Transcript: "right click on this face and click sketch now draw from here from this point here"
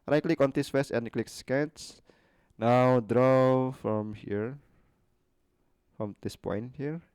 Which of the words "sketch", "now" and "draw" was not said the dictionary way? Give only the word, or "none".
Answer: sketch